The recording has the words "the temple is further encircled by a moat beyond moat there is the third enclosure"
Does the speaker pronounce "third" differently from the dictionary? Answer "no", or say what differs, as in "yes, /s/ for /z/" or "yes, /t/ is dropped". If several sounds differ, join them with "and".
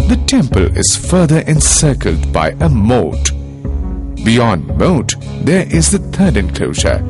yes, /t/ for /θ/